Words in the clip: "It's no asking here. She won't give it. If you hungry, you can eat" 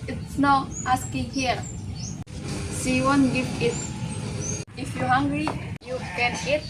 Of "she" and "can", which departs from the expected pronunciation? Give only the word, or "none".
she